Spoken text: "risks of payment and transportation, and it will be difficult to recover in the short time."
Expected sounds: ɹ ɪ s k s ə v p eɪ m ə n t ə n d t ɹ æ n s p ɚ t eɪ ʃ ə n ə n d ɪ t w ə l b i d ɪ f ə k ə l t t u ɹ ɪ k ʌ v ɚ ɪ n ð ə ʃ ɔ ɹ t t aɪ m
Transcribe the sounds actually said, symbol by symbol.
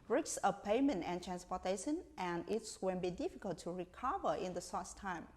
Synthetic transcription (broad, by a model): ɹ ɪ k s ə p eɪ m ə n t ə n t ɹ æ n s p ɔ t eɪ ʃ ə n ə n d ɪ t w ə n b i d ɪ f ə k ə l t t u ɹ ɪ k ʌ v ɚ ɪ n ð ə s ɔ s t t aɪ m